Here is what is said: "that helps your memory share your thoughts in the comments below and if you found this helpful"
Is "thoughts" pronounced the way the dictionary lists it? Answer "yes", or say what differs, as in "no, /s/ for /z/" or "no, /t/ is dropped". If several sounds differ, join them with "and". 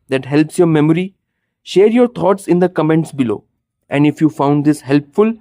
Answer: no, /t/ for /θ/